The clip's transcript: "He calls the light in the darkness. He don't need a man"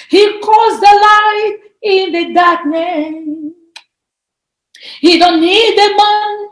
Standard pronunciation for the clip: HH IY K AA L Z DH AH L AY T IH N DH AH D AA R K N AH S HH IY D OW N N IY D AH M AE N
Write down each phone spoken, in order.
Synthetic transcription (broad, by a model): HH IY K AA Z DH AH L AY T IH N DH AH D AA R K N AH HH IY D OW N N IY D AH M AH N